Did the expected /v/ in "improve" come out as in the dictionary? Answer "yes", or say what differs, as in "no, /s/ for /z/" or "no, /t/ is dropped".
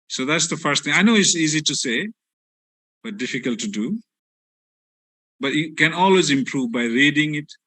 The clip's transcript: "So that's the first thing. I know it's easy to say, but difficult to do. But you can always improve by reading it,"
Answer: yes